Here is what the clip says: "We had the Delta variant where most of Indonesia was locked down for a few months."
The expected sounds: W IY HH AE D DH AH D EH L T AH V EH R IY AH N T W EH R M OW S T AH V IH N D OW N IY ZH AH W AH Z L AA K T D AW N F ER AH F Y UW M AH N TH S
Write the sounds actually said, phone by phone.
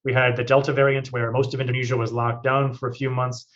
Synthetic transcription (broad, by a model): W IY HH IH D DH AH D EH L T AH V EH R IY AH N T W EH R M OW S T AH V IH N D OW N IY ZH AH W AH Z L AA K D AW N F ER AH F Y UW M AH N TH S